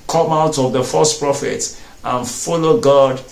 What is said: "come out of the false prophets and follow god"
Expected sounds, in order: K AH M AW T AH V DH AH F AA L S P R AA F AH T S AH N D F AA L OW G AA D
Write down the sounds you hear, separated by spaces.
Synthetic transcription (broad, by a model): K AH M AW T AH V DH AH F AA S P R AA F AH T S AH N F AA L OW G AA D